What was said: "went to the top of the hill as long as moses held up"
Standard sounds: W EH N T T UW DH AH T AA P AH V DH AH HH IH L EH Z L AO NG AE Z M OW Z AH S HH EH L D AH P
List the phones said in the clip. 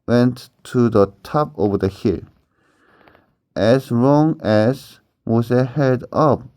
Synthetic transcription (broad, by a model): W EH N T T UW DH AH T AA P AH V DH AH HH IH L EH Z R AO NG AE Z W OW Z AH HH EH D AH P